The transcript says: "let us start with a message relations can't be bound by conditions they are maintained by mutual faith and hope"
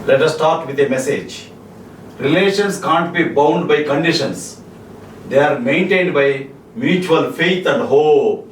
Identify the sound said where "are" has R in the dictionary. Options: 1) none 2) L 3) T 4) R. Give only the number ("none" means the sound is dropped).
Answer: 4